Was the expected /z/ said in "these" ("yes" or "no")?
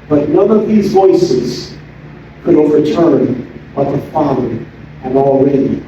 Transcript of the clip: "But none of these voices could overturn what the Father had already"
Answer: yes